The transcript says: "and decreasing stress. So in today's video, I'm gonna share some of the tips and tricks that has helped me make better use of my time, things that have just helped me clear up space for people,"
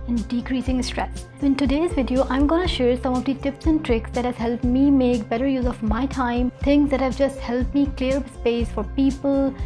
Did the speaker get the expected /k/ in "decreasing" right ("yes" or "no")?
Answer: yes